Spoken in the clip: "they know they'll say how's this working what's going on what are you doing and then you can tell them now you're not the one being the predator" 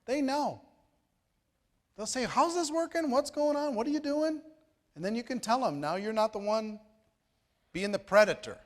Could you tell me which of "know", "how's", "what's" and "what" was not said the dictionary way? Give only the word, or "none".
none